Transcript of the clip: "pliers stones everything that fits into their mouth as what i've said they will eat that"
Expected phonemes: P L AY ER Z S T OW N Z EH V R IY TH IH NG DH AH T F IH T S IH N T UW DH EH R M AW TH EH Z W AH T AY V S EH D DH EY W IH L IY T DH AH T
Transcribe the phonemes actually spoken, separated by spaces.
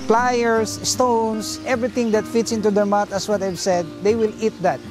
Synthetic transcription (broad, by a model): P L AY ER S S T OW N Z EH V R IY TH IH NG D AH T F IH T S IH N T UW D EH R M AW T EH S W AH T AY V S EH D EY W IH L IY T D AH T